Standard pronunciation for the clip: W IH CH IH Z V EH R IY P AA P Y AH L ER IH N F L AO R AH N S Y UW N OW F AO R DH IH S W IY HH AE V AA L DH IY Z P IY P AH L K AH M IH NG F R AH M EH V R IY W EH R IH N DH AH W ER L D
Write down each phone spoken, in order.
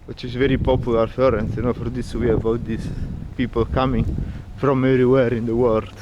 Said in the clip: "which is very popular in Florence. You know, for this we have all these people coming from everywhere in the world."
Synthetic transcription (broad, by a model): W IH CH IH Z V EH R IY P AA P Y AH L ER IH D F AO R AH N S Y UW N OW F AO R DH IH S W IY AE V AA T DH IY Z P IY P AH L K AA M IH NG F R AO M EH V R IY W EH R IH N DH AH W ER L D